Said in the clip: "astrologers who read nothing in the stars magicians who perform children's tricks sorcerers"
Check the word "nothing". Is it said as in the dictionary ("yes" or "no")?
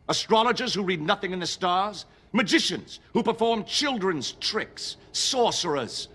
yes